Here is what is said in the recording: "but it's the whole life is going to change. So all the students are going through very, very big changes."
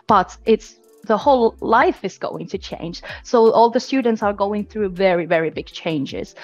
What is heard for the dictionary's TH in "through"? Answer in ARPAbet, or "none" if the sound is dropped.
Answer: TH